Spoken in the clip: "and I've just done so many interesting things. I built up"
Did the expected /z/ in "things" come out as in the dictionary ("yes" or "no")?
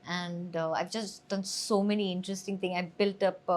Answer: no